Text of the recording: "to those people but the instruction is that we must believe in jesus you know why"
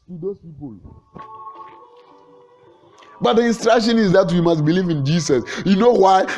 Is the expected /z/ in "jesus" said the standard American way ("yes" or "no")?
no